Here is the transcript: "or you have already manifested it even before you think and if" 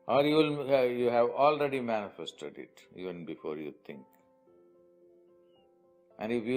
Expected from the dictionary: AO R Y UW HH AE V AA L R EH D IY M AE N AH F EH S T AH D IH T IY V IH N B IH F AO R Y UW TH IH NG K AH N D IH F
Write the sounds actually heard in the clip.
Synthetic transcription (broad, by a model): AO R Y UW HH AE V AA L R EH D IY M AE N AH F EH S T AH D IH T IY V IH N B IH F AO R Y UW T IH NG K AH N D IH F